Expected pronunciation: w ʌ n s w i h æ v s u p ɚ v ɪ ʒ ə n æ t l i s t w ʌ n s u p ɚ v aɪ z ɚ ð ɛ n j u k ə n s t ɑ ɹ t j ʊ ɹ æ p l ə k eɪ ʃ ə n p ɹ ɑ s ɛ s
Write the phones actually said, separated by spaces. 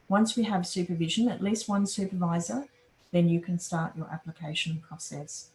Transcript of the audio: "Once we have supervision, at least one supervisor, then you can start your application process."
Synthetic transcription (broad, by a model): w ʌ n s w i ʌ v s u p ɚ v ɪ ʒ ə n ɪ t l i s t w ʌ n s u p ɚ v aɪ z ɚ ð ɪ n j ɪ k ə n s t ɑ ɹ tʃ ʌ ɹ æ p l ə k eɪ ʃ ə n p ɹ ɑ s ɛ s